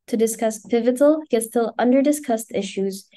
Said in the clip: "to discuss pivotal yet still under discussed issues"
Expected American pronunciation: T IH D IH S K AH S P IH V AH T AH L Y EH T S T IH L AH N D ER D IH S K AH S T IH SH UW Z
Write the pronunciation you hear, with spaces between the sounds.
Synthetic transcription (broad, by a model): T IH D IH S K AH S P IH V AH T L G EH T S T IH L AH N D ER D IH S K AH S T IH SH UW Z